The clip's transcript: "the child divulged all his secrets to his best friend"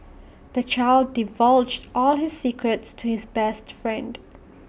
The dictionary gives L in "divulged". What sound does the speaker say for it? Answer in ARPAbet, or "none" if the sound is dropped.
L